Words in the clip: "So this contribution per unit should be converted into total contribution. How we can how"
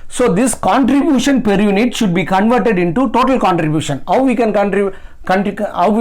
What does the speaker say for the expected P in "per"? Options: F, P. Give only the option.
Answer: P